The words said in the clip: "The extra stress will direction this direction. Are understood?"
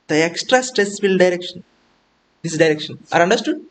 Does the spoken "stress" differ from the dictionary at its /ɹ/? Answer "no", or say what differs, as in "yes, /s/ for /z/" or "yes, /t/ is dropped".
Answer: no